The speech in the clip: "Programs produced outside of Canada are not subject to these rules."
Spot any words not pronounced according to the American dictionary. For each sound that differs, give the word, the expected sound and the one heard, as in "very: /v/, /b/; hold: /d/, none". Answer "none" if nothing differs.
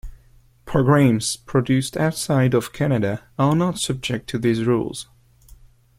none